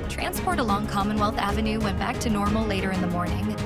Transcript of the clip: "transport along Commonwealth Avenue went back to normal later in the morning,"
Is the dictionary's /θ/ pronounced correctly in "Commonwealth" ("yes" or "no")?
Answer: yes